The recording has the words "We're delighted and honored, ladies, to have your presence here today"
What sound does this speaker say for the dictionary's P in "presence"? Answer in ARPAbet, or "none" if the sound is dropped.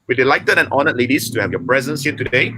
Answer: P